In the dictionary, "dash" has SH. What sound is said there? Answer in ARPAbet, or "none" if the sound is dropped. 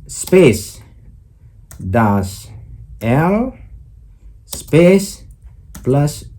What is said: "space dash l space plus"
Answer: S